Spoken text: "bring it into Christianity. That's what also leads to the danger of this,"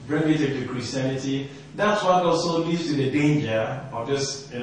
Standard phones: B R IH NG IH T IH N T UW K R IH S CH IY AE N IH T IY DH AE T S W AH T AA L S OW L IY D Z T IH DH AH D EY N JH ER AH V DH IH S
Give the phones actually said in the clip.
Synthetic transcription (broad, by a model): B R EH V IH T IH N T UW K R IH S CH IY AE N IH T IY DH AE T S W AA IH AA S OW L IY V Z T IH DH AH D EY N JH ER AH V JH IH S